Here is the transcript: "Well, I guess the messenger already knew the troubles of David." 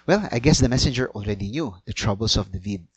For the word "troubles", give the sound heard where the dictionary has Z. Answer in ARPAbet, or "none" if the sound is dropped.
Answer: S